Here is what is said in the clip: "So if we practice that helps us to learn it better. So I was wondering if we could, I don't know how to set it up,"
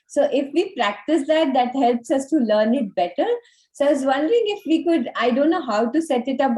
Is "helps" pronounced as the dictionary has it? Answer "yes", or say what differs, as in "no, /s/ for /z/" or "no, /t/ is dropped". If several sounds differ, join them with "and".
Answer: yes